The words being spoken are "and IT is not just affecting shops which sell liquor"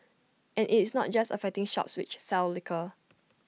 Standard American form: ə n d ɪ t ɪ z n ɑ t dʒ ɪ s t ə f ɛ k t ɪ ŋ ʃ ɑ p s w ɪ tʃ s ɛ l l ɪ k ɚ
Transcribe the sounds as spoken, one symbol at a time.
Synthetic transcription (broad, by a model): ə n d ɪ t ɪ s n ɑ t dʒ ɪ s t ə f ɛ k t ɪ ŋ ʃ ɑ p s w ɪ tʃ s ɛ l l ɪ k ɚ